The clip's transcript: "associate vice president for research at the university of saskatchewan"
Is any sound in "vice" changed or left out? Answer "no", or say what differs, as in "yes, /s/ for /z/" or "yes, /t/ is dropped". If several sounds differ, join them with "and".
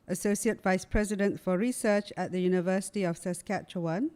no